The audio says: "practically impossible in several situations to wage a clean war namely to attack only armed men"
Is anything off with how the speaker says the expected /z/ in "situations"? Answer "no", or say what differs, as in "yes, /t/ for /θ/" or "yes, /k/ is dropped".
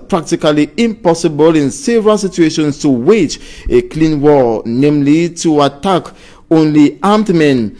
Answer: yes, /s/ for /z/